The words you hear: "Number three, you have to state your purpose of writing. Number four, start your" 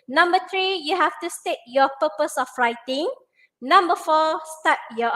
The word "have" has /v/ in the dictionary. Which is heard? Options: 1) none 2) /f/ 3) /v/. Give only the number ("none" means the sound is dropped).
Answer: 2